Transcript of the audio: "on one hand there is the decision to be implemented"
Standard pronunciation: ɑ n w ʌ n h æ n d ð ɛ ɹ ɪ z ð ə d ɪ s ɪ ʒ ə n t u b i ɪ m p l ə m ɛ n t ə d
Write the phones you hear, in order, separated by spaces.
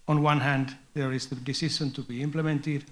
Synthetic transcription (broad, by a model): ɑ n w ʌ n h æ n d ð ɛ ɹ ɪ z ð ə d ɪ s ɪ ʃ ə n t u b i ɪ m p l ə m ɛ n t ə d